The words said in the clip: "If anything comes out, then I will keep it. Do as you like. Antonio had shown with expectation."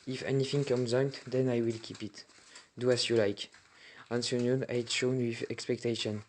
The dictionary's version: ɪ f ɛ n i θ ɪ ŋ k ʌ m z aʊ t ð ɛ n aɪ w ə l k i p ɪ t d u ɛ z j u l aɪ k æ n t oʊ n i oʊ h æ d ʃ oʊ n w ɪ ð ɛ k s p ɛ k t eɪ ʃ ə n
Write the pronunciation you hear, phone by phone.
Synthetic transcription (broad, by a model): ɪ f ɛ n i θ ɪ ŋ k ʌ m z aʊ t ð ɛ n aɪ w ə l k i p ɪ t d u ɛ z j u l aɪ k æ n s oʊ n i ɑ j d ʃ oʊ n w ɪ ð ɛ k s p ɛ k t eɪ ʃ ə n